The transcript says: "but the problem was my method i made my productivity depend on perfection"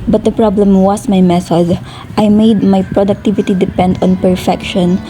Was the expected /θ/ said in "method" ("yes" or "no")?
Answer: no